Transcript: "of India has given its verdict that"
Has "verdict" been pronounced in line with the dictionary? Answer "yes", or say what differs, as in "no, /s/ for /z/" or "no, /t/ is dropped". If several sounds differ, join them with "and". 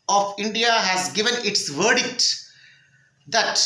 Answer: yes